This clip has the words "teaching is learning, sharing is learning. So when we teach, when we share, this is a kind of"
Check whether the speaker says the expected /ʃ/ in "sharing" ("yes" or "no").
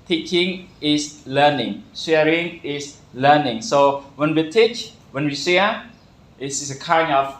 no